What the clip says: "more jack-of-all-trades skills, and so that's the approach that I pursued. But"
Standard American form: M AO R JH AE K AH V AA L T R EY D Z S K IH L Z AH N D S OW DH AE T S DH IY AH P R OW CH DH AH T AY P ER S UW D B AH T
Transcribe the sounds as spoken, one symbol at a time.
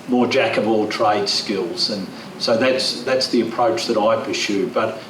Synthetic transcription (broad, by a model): M AO R JH AE K AH V AA L T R EY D S K IH L Z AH N S OW DH AE T S DH IY AH P R OW CH DH AH T AY P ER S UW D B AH T